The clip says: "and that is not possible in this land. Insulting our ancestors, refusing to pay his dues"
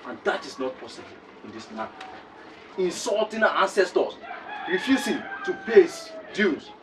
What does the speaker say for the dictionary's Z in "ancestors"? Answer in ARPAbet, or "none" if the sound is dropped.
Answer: S